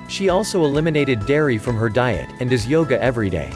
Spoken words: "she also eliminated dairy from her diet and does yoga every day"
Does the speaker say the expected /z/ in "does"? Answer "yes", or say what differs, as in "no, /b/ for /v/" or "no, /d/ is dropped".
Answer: yes